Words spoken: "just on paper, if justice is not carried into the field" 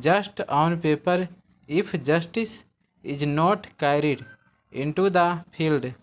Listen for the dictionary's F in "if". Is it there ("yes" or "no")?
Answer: no